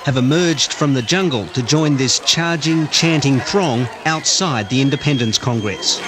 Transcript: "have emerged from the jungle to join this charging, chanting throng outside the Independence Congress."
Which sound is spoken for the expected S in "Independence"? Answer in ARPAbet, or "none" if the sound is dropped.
S